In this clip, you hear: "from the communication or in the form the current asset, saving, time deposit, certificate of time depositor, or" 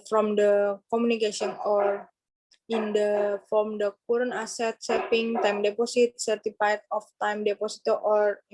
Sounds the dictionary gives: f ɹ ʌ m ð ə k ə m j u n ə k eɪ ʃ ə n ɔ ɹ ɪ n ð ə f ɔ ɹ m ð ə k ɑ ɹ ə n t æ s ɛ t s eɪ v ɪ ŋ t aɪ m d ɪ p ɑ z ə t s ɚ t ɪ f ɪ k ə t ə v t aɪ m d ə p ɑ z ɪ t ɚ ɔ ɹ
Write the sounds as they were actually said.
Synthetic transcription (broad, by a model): f ɹ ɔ m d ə k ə m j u n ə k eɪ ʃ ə n ɔ ɹ ɪ n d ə f ɔ m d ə k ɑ ɹ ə n ɑ s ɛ t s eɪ p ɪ ŋ t aɪ m d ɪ p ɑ s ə t s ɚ t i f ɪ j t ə f t aɪ m d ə p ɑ s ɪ t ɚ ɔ ɹ